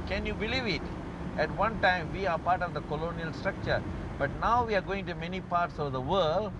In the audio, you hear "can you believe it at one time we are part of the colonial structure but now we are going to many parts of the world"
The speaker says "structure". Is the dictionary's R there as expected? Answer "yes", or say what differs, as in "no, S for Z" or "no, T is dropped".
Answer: yes